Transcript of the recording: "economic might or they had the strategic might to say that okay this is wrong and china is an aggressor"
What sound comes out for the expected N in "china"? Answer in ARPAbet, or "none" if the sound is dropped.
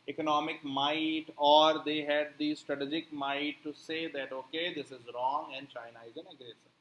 N